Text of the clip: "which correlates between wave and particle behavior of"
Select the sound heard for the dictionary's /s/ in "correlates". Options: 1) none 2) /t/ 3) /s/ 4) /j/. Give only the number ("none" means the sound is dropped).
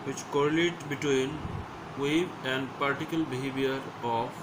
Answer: 1